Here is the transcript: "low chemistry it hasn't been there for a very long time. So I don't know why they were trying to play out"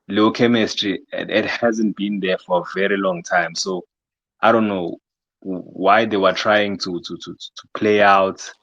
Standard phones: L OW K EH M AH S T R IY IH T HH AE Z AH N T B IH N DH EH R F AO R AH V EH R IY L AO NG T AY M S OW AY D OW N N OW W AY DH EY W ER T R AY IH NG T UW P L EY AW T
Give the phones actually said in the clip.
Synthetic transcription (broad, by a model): L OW K EH M AH S T R IY IH T HH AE Z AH N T B IH N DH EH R F AO R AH V EH R IY L AO NG T AY M S OW AY D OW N N OW W AY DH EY W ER T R AY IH NG T UW P L EY AW T